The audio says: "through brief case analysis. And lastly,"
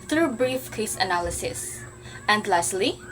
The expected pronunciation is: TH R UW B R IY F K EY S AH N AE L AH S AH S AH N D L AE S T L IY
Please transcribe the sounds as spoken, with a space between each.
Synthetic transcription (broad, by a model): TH R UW B R IY F K EY S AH N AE L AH S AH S AH N D L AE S L IY